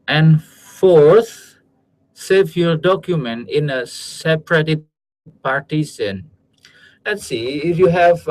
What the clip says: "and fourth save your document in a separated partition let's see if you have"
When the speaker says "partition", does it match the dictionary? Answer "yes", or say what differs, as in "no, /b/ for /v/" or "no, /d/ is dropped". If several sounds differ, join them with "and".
no, /s/ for /ʃ/